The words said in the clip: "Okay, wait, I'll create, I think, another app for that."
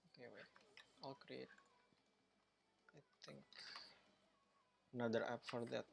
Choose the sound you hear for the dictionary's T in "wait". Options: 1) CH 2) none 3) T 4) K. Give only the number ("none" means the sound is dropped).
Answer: 2